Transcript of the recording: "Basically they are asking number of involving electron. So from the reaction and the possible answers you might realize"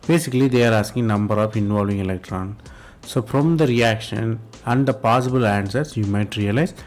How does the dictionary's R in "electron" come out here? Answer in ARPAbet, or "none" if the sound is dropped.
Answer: R